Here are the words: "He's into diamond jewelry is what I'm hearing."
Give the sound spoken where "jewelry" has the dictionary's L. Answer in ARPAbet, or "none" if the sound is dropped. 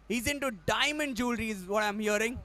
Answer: L